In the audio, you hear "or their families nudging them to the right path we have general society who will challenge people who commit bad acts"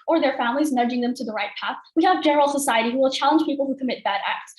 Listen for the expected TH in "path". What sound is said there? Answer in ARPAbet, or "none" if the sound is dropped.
TH